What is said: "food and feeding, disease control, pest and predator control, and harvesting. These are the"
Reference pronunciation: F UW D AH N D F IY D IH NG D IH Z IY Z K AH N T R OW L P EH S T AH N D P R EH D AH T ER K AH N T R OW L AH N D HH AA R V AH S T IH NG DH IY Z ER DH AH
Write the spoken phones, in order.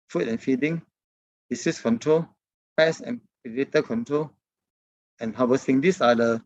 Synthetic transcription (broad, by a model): F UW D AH N F IY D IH NG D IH S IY S K AH N T R OW L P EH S AH N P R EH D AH T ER K AH N T R OW L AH N HH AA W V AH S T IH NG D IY S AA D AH